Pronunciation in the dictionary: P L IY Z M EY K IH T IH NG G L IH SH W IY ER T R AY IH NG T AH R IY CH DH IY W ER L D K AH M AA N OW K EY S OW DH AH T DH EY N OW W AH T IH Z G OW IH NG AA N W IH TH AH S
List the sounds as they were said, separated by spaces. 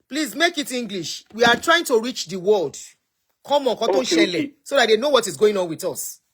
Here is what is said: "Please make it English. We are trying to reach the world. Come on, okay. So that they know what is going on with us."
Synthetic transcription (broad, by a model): P L IY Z M EY K IH T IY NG G L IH SH W IY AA T R AY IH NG T AH R IY CH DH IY W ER L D K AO M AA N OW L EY S OW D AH T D EY N OW W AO T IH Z G OW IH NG AA N W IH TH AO S